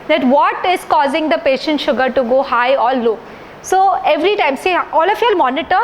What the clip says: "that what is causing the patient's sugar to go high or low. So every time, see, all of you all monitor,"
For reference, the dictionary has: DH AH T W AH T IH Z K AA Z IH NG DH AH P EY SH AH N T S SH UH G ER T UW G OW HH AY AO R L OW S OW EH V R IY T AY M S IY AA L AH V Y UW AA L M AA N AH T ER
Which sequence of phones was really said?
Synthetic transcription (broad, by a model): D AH T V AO T IH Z K AA Z IH NG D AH P EY SH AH N T SH UH G ER T UW G OW HH AY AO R L OW S OW EH V R IY T AY M S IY AA L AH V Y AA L M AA N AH T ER